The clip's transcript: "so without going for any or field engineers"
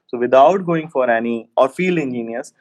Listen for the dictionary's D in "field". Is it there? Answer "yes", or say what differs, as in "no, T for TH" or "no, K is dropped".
no, D is dropped